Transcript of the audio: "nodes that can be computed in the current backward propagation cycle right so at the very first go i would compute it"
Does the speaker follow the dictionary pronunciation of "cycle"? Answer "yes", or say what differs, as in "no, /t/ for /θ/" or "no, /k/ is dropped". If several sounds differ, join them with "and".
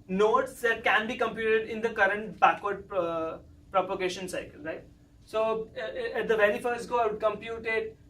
yes